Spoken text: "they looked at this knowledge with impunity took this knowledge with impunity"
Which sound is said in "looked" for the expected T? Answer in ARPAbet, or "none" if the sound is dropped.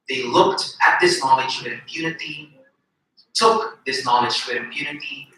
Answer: T